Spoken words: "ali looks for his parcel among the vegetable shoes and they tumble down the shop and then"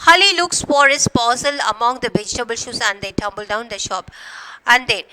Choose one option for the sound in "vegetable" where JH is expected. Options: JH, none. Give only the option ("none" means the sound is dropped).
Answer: JH